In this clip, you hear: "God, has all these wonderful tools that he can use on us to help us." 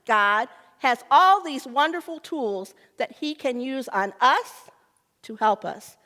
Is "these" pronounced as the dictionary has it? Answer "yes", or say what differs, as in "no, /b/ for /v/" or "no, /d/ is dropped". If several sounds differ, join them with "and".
yes